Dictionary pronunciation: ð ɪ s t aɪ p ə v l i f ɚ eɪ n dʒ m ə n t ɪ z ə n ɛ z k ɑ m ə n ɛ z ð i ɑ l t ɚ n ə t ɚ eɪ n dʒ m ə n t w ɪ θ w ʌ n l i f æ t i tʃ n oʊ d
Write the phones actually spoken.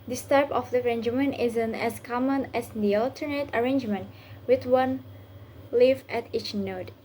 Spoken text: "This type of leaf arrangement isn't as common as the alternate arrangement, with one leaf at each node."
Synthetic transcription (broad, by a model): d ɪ s t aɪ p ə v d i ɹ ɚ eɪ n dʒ m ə n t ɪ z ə n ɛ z k ɑ m ə n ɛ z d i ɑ l t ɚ n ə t ɚ eɪ n dʒ m ə n t w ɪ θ w ʌ n l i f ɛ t i tʃ n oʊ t